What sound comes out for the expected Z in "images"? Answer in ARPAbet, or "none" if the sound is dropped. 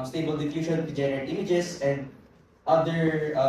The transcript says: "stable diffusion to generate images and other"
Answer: S